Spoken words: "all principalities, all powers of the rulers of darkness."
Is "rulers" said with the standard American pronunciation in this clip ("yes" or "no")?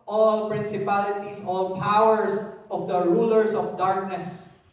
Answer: no